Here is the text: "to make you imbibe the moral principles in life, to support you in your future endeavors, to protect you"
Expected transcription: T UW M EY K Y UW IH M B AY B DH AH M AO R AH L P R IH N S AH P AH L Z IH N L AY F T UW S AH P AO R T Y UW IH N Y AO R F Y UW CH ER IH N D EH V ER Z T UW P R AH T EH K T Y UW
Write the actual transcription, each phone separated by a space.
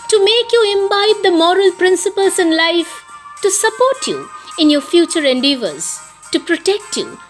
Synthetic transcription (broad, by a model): T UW M EY K Y UW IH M B AY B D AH M AO R AH L P R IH N S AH P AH L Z IH N L AY F T UW S AH P AO R T Y UW IH N Y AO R F Y UW CH ER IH N D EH V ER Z T UW P R AH T EH K T Y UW